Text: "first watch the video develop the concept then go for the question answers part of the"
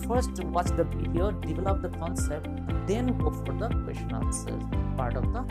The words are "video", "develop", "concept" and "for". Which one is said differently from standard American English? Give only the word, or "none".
video